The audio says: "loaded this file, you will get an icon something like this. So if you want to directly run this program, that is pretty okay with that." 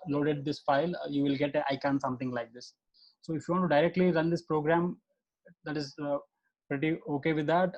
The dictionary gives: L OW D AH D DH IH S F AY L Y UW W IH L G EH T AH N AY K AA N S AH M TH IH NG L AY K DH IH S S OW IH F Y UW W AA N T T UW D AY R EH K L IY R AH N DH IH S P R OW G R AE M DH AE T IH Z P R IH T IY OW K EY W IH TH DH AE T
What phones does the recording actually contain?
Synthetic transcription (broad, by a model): L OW D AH D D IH S F AY L Y UW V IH L G EH T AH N AY K AA N S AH M T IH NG L AY K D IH S S OW IH F Y UW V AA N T T UW D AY R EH K L IY R AH N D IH S P R OW G R AE M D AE T IH Z P R IH T IY OW K EY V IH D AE T